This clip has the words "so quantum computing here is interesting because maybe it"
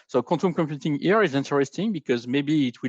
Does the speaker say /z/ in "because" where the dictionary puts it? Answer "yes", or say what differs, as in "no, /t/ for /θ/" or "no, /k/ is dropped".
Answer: yes